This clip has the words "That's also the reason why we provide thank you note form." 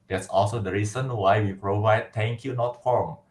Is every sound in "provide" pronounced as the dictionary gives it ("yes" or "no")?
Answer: yes